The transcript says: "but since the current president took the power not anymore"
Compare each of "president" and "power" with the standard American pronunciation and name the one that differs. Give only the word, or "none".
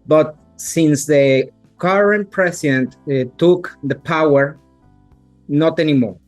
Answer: president